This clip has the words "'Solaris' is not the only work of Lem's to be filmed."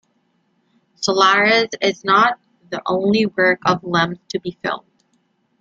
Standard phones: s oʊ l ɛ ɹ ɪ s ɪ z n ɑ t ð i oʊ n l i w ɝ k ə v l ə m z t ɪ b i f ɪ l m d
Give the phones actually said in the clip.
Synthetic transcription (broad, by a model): s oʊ l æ ɹ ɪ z ɪ z n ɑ t ð i oʊ n l i w ɝ k ə v l ə m z t ɪ b i f ɪ l d